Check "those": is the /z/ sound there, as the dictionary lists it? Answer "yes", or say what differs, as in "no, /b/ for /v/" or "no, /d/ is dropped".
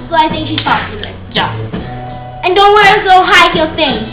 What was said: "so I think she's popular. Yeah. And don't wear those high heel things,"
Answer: no, /z/ is dropped